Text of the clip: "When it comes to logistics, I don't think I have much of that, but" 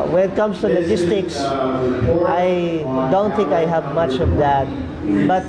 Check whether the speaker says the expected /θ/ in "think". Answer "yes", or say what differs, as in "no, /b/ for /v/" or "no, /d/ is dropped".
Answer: no, /t/ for /θ/